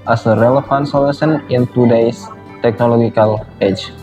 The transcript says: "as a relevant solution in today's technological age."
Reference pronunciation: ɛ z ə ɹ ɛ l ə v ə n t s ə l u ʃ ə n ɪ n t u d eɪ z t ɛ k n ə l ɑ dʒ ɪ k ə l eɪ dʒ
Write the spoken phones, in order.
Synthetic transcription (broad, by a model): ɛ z ə ɹ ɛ l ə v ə n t s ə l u s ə n ɪ n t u d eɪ s t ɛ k n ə l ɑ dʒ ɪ k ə l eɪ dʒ